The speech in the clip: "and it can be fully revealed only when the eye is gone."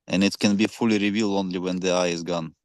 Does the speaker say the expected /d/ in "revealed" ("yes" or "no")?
no